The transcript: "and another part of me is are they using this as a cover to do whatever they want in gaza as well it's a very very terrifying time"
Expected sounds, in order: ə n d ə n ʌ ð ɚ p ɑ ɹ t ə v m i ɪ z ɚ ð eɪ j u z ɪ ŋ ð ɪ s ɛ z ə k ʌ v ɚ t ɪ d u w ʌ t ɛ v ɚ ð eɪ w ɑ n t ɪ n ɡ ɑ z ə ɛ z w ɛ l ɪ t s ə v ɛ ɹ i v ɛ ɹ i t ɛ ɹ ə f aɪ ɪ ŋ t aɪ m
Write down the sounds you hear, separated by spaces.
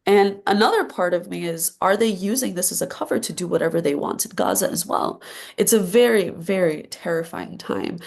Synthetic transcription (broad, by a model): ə n ə n ʌ ð ɚ p ɑ ɹ t ə v m i ɪ z ɚ ð eɪ j u z ɪ ŋ ð ɪ s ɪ z ə k ʌ v ɚ t ɪ d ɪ w ʌ t ɛ v ɚ ð eɪ w ɑ n t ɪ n ɡ ɑ z ə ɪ z w ɛ l ɪ t s ə v ɛ ɹ i v ɛ ɹ i t ɛ ɹ ə f aɪ ɪ ŋ t aɪ m